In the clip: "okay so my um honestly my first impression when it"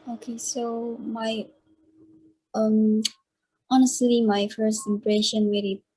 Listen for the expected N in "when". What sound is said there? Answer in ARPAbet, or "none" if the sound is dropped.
L